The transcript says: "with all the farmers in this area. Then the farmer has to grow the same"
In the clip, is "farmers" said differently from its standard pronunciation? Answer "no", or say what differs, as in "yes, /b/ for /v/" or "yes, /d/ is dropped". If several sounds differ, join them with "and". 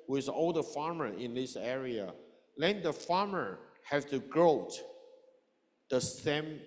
yes, /z/ is dropped